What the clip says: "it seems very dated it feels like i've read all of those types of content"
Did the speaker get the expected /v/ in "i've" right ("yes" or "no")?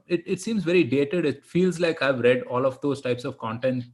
yes